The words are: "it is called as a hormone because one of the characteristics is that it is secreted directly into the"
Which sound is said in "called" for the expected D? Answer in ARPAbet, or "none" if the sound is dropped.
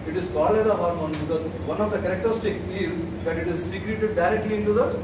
none